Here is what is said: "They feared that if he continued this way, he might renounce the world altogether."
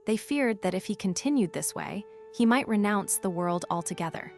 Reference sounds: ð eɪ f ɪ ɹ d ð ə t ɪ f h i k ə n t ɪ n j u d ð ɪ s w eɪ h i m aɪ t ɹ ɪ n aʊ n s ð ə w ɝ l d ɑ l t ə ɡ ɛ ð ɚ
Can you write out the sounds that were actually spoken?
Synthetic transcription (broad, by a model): ð eɪ f ɪ ɹ d ð ə t ɪ f h i k ə n t ɪ n j u d ð ɪ s w eɪ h i m aɪ t ɹ ɪ n aʊ n s ð ə w ɝ l d ɑ l t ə ɡ ɛ ð ɚ